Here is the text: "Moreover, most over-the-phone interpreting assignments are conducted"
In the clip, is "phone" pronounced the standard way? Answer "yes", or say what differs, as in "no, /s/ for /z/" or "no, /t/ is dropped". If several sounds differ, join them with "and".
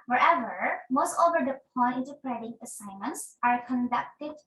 no, /p/ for /f/